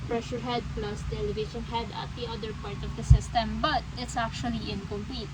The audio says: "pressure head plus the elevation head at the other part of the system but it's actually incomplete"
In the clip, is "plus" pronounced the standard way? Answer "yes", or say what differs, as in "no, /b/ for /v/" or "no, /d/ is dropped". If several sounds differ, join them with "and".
yes